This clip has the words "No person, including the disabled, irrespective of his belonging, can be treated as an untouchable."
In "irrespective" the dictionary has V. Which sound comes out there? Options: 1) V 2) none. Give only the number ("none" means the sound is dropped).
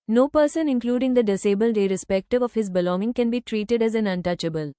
1